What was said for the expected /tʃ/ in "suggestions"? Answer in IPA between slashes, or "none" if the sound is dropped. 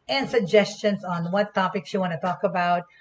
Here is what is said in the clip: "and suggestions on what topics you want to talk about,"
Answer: /tʃ/